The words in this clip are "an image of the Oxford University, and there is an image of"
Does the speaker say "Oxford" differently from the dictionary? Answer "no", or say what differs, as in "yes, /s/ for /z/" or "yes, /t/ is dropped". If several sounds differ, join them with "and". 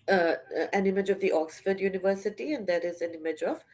no